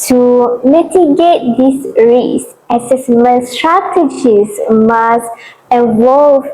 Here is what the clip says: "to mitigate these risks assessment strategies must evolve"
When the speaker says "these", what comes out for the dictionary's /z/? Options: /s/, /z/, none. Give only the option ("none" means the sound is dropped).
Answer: /s/